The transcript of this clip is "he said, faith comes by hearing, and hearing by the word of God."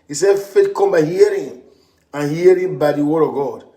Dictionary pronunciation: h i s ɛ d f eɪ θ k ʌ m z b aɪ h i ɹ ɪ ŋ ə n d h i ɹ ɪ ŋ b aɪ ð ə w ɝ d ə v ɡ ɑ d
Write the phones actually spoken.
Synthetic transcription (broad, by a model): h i s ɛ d f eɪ t k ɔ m b aɪ h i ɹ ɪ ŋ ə n h i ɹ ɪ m b aɪ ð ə w ɝ d ə v ɡ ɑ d